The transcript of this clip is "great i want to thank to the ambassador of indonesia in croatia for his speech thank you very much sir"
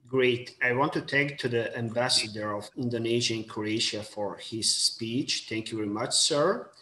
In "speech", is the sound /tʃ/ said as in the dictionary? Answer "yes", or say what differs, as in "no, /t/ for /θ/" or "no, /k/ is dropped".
yes